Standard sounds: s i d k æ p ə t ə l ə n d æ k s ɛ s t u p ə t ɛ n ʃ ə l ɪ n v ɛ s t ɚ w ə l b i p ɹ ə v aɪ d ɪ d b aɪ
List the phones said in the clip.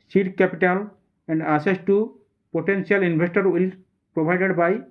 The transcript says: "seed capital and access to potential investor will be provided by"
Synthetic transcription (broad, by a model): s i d k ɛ p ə t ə l ə n d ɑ s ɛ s t u p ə t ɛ n s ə l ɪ n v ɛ s t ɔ w ə l p ɹ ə b aɪ d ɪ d b aɪ